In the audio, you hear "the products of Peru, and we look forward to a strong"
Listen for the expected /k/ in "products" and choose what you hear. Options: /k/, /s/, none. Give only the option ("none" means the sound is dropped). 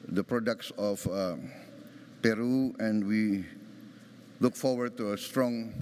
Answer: /k/